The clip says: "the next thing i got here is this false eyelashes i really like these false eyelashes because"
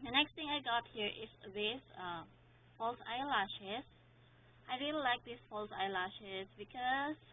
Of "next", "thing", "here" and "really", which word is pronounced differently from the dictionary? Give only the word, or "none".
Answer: thing